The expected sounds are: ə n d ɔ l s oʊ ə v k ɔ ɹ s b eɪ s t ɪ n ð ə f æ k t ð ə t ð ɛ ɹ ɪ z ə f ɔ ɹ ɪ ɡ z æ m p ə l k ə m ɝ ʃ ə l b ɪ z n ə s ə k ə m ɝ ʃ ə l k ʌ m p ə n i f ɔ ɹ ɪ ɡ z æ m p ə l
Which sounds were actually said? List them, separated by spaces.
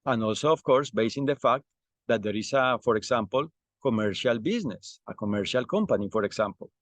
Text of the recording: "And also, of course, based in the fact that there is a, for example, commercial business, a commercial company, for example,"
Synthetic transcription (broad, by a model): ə n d ɔ l s oʊ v k ɔ ɹ s b eɪ s ɪ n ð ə f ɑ k t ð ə t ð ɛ ɹ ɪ s ə f ɔ ɹ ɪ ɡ s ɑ m p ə l k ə m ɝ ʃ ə l b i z n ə s ə k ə m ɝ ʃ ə l k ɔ m p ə n i f ɔ ɹ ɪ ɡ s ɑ m p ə l